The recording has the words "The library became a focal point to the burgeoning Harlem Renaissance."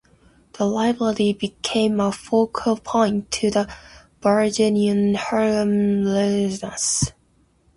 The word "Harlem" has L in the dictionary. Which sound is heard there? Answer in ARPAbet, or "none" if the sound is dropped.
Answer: none